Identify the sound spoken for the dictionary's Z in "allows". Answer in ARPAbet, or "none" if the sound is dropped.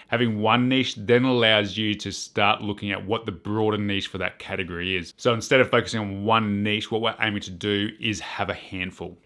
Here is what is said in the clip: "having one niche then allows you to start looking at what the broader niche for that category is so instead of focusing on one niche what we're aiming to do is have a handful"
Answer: Z